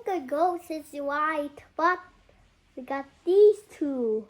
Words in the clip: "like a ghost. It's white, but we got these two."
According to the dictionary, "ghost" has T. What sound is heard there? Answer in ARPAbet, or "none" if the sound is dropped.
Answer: none